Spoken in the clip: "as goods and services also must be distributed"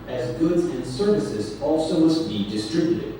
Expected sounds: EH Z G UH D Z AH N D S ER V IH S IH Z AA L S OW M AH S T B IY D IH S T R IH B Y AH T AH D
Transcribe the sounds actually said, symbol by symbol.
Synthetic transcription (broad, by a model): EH Z G UH D Z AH N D S ER V IH S IH Z AA L S OW M AH S T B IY D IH S T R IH B Y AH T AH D